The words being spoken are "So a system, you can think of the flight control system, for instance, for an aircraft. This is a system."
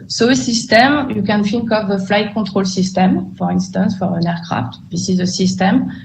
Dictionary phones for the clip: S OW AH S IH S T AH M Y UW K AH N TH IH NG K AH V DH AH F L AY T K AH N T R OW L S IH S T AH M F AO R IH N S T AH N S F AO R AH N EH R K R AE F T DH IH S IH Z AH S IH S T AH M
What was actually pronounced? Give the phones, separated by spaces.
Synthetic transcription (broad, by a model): S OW AH S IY S T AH M Y UW K AH N F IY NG K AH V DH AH F L AY T K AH T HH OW L S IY S T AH M F AO R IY N S T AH N S F AO R AH N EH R K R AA F T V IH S IH Z AH S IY S T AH M